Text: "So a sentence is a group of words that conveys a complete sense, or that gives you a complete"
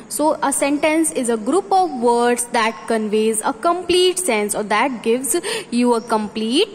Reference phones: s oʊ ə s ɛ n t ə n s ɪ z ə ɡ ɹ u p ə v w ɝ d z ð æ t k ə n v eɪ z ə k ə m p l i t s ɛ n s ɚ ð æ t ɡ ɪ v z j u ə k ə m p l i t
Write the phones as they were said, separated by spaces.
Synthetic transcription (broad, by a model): s oʊ ə s ɛ n t ə n s ɪ z ə ɡ ɹ u p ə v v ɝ d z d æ t k ə n v eɪ z ə k ə m p l i t s ɛ n s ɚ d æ t ɡ ɪ v z j u ə k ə m p l i t